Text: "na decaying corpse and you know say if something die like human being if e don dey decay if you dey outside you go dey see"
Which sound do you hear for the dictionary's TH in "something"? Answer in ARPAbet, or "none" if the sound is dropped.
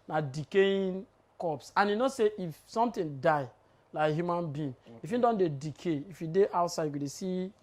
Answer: T